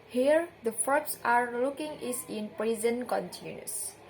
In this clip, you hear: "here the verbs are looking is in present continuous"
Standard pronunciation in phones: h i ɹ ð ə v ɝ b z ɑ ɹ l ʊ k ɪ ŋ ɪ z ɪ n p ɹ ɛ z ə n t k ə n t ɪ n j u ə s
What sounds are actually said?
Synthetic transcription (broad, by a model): h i ɹ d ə f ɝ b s ɑ ɹ l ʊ k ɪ ŋ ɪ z ɪ n p ɹ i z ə n k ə n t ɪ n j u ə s